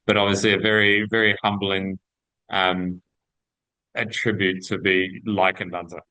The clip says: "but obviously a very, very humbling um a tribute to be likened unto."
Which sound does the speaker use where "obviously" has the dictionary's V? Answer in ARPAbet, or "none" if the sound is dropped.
V